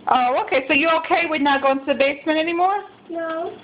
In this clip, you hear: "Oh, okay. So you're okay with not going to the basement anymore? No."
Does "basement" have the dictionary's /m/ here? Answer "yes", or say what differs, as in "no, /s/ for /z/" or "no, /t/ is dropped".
yes